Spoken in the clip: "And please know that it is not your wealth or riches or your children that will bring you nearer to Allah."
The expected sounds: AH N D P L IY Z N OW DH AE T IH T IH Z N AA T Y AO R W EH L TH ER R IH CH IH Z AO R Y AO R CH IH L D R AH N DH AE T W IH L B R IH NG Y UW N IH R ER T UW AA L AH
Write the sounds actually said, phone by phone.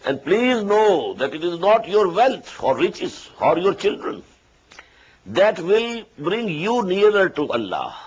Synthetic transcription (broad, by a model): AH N D P L IY Z N OW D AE T IH T IH Z N AA T Y AO R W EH L T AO R IH CH IH Z AO R Y AO R CH IH L D R AH N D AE T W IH L B R IH NG Y UW N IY R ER T UW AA L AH